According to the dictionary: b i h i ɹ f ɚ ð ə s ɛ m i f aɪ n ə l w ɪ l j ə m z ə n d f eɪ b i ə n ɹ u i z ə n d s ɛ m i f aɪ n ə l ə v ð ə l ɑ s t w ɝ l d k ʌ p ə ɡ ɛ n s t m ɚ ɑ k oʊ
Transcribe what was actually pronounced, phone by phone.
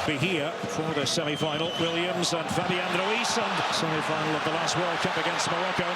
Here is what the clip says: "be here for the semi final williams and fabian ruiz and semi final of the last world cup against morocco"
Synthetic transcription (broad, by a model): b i h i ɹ f ɚ ð ə s ɛ m i f aɪ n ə l w ɪ l j ə m z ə n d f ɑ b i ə n ɹ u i s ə n s ɛ m i f aɪ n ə l ə v ð ə l ɑ s t w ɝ l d k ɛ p ə ɡ ɛ n s t m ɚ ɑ k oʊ